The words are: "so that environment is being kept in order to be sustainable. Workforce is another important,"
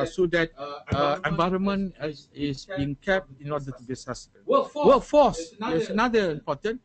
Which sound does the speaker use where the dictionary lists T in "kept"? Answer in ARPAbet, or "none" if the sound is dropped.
T